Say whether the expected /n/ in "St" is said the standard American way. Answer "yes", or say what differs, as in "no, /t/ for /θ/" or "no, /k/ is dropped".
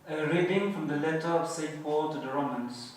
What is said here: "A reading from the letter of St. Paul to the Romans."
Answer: no, /n/ is dropped